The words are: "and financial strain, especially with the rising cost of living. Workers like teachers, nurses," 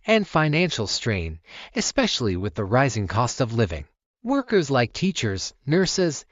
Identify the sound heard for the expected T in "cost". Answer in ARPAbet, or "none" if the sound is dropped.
T